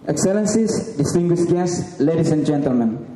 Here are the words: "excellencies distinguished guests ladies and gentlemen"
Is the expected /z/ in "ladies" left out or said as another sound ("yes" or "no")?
yes